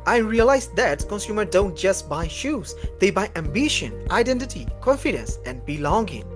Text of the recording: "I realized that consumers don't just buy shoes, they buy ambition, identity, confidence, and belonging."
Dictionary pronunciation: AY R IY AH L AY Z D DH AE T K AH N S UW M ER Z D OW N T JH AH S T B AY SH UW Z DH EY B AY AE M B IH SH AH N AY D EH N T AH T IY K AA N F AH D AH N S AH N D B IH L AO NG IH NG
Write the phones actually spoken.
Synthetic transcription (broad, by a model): AY R IY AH L AY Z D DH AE T K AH N S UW M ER D OW N T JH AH S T B AY SH UW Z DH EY B AY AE M B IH SH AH N AY D EH N T AH T IY K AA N F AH D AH N S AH N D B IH L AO NG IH NG